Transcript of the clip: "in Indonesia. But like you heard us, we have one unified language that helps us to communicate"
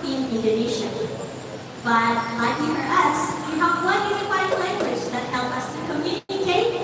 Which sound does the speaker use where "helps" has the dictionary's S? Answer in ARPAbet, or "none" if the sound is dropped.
none